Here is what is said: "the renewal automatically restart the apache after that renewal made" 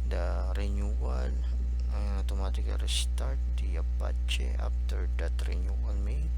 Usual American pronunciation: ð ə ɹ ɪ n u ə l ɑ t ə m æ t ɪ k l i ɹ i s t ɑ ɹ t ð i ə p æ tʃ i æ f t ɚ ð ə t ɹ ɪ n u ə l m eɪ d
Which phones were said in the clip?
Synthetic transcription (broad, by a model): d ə ɹ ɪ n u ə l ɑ t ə m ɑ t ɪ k i ɹ i s t ɑ ɹ t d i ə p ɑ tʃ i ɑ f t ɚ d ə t ɹ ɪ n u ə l m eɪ